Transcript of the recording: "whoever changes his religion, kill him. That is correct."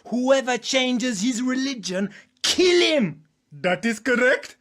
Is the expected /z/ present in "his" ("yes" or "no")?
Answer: yes